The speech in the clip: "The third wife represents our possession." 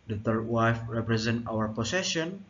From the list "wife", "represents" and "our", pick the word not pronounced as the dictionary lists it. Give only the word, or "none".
represents